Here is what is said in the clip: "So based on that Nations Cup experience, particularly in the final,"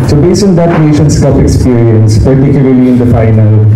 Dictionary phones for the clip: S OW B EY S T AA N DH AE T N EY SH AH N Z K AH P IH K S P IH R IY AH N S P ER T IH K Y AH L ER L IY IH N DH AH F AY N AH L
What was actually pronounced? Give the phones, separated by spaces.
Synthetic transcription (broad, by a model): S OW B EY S AA N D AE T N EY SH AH N S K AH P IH K S P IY R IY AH N S P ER T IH K Y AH L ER L IY IH N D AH F AY N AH L